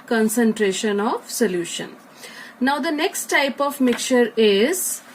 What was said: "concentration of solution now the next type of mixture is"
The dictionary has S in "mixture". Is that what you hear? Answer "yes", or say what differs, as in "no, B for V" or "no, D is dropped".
no, S is dropped